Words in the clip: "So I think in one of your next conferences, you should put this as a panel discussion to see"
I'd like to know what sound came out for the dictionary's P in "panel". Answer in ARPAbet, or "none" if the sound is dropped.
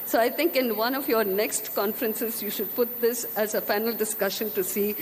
F